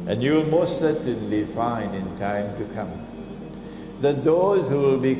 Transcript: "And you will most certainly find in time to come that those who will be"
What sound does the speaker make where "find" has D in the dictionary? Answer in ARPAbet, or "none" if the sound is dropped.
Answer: none